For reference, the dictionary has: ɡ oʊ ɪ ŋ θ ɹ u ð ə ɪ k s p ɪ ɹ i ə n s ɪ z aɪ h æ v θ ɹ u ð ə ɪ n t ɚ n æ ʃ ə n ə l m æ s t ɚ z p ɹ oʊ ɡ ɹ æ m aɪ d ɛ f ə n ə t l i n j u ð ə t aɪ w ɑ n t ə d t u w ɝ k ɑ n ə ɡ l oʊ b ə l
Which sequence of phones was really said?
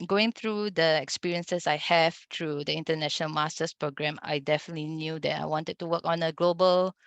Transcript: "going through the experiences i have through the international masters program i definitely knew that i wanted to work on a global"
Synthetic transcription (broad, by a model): ɡ oʊ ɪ ŋ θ ɹ u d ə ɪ k s p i ɹ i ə n s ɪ s aɪ h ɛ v t ɹ u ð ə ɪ n t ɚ n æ ʃ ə n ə l m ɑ s t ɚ s p ɹ oʊ ɡ ɹ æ m aɪ d ɛ f ə n ə t l i n j u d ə t aɪ w ɑ n t ə d t u w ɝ k ɑ n ə ɡ l oʊ b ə l